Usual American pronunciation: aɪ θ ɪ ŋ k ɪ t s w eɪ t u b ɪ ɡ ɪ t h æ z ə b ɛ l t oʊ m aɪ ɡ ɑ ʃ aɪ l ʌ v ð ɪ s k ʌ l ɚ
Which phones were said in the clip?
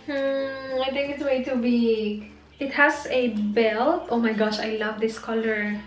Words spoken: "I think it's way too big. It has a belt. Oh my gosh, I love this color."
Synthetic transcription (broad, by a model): aɪ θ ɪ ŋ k ɪ t s w eɪ t u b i ɪ t h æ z ə b ɛ l t oʊ m aɪ ɡ ɑ ʃ aɪ l ʌ v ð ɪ s k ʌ l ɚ